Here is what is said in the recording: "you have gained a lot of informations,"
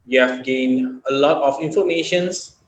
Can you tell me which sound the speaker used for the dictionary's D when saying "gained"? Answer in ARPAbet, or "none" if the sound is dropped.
D